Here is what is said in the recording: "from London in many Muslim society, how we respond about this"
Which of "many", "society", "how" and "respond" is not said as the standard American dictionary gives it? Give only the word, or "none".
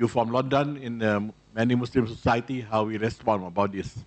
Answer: respond